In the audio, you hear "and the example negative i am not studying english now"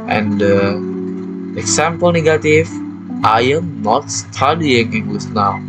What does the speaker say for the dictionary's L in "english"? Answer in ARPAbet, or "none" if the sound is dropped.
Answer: W